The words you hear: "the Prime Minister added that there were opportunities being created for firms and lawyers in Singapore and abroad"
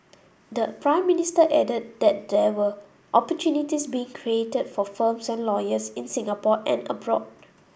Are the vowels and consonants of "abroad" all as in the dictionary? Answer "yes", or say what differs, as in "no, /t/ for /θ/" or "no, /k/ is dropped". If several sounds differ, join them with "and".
yes